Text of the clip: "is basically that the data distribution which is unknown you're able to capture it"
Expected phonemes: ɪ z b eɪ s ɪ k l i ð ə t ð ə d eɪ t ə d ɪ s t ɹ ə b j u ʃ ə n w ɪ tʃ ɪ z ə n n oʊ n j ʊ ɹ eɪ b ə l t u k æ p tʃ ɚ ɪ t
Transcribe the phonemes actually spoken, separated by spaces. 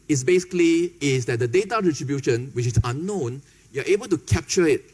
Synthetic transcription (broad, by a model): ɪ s b eɪ s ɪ k l i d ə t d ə d eɪ t ə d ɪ t ɹ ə b j u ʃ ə n w ɪ tʃ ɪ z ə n n oʊ n j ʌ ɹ eɪ b ə l t u k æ p tʃ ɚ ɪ t